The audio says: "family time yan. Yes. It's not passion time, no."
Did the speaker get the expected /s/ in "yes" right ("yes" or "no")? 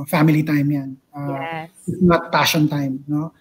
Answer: no